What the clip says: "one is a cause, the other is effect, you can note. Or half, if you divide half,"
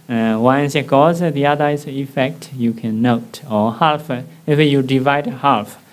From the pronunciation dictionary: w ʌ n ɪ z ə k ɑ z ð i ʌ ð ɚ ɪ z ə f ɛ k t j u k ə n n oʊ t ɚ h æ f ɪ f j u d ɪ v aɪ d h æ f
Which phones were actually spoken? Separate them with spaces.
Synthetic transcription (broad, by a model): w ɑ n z ə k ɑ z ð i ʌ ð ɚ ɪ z ə f ɛ k t j u k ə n n oʊ t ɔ h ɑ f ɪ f j u d ɪ v aɪ d h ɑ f